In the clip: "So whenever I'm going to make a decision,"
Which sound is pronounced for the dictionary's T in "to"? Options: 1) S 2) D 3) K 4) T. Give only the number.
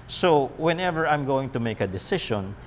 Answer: 4